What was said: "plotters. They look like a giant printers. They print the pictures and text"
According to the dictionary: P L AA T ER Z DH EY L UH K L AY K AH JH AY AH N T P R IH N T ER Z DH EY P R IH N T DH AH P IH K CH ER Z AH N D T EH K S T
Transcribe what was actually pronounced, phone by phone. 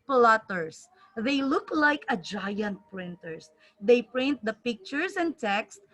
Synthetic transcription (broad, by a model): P L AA T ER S DH EY L UH K L AY K AH JH AY AH N T P R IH N T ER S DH EY P R IH N T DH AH P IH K CH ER S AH N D T EH K S T